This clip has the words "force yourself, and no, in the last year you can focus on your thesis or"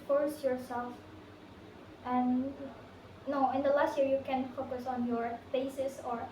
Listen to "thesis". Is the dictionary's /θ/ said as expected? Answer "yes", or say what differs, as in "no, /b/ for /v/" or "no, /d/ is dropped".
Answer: no, /f/ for /θ/